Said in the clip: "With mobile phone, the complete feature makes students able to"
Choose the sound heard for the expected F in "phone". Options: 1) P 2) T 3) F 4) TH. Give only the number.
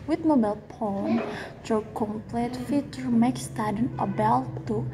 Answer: 1